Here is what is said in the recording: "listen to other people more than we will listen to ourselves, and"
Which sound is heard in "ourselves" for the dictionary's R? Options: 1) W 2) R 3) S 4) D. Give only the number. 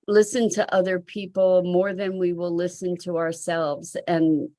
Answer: 2